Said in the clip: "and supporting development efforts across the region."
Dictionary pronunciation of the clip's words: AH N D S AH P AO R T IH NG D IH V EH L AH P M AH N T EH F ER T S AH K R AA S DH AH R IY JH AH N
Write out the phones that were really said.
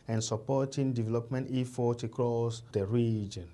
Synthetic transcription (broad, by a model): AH N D S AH P AO T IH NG D IH V EH L AH P M AH N T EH F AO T AH K R AA S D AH R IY JH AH N